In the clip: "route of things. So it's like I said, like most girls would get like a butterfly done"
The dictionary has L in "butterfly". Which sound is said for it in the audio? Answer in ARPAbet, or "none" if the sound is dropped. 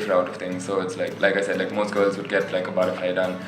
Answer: none